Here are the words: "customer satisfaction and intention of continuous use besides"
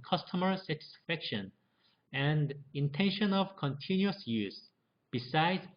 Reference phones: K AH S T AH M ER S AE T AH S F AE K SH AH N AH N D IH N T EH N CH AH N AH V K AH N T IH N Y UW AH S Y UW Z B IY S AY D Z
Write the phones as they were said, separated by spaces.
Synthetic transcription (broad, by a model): K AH S T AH M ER S AE T AH S F AE K SH AH N AH N D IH N T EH N SH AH N AH V K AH N T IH N Y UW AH S Y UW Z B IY S AY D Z